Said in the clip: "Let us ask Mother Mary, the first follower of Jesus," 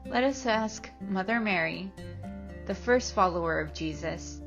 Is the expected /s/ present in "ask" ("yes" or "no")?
yes